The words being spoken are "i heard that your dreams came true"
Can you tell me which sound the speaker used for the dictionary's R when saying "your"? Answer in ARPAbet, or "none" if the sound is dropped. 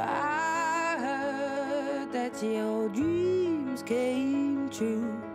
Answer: L